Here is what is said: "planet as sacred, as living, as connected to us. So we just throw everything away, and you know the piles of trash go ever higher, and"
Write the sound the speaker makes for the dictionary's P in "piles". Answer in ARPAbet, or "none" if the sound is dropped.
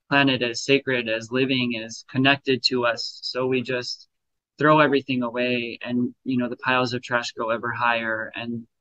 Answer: P